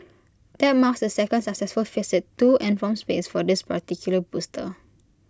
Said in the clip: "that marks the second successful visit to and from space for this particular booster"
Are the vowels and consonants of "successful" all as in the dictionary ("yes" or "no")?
yes